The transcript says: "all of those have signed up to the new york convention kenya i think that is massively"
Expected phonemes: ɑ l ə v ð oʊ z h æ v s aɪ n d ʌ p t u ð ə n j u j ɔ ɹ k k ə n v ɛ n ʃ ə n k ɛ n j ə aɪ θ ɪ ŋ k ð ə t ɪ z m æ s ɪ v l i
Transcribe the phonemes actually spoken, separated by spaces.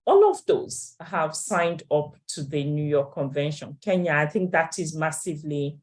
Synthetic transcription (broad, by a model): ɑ l ə v ð oʊ z h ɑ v s aɪ n d ʌ p t u ð ə n j u j ɔ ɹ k k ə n v ɛ n ʃ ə n k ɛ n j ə aɪ θ ɪ ŋ k ð ə t ɪ z m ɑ s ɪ v l i